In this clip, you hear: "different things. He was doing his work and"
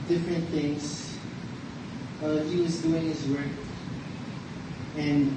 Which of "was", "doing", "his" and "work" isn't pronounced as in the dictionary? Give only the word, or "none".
none